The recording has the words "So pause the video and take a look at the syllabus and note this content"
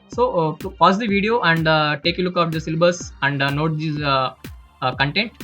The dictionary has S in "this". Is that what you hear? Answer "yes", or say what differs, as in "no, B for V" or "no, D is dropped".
no, S is dropped